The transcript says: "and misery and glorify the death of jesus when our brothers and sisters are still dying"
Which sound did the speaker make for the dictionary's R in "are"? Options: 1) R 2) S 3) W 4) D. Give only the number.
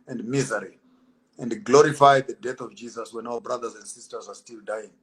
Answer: 1